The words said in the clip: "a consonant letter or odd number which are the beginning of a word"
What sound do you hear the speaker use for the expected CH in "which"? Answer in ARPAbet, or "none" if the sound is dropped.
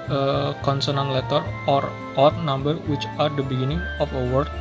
CH